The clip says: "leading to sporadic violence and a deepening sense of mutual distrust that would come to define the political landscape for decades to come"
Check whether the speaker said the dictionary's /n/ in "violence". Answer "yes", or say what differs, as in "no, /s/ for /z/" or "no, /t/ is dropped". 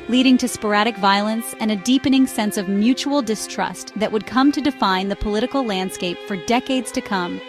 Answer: yes